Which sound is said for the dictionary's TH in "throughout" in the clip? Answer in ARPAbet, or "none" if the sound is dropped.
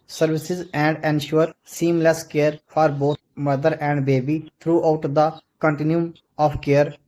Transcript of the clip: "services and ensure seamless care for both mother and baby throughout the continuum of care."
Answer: T